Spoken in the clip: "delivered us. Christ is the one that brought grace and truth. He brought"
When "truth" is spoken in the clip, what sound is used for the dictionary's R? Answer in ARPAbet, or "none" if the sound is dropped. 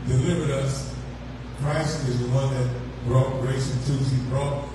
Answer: none